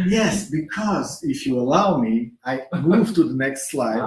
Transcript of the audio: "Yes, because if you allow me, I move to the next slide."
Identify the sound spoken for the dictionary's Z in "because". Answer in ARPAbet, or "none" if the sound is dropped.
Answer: Z